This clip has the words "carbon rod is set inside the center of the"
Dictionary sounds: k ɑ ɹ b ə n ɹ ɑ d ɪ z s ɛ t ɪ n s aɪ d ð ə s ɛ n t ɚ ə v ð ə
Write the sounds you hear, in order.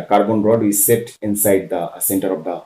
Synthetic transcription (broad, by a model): k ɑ ɹ b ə n ɹ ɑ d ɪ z s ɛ t ɪ n s aɪ d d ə s ɛ n t ɚ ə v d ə